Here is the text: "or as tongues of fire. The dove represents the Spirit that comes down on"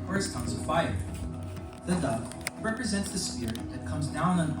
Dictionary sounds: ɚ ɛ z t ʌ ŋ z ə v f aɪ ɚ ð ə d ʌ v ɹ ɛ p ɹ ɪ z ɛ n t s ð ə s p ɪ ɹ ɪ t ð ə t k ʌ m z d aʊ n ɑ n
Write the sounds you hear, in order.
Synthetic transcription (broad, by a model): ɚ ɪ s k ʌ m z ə f aɪ ɚ ð ə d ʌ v ɹ ɛ p ɹ ɪ z ɛ n t s ð ə s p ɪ ɹ ð ə t k ʌ m z d aʊ n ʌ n